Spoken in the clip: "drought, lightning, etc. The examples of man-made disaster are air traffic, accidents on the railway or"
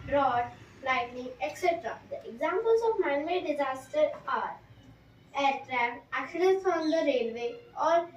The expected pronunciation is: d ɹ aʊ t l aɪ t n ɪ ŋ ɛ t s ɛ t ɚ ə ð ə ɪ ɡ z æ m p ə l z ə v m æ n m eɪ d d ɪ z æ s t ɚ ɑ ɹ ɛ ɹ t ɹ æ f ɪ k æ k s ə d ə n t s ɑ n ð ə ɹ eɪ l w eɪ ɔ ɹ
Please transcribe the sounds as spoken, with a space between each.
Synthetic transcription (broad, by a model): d ɹ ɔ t l aɪ t n ɪ ŋ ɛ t s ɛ t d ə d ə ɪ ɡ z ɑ m p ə l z ə v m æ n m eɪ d d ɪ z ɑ s t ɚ ɑ ɹ ɛ ɹ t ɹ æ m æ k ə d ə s ɑ n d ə ɹ eɪ l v eɪ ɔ ɹ